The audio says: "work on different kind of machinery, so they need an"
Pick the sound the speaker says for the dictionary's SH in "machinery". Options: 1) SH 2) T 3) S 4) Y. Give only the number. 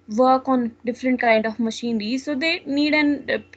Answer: 1